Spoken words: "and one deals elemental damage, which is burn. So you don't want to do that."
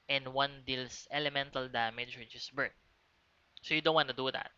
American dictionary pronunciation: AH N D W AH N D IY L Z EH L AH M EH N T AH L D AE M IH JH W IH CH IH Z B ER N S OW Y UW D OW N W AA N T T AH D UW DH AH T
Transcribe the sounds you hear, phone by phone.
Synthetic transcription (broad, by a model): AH N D W AH N D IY L S EH L AH M EH N T AH L D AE M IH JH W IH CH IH S B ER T S OW Y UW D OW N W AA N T T AH D UW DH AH T